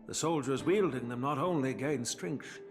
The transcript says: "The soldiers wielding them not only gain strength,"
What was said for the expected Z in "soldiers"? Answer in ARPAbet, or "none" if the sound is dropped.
Z